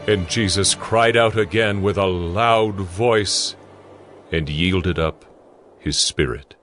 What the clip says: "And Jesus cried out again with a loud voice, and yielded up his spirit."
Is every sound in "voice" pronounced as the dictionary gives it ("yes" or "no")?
yes